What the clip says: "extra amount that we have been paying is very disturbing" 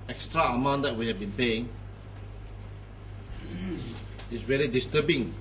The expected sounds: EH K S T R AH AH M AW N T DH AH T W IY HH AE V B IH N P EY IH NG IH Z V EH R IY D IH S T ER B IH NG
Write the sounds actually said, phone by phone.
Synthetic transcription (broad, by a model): EH K S T R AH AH M AW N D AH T W IY HH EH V B IH N P EY IH NG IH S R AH L IY D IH S T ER B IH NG